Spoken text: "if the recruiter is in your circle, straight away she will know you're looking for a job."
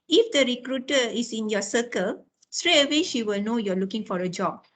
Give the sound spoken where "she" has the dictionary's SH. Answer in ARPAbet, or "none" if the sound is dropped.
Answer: SH